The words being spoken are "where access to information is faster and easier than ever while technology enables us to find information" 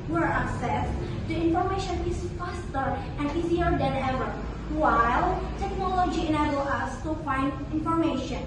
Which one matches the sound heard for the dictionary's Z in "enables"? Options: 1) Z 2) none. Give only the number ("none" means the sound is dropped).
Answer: 2